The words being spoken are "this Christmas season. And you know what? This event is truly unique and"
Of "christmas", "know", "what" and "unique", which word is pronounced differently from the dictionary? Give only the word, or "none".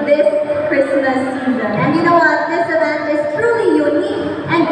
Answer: unique